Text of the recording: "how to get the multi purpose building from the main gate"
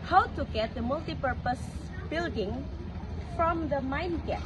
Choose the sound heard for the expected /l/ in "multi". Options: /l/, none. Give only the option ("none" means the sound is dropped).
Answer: /l/